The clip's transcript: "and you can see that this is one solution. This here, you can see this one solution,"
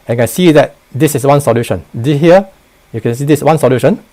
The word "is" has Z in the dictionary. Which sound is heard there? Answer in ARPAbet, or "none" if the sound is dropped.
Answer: S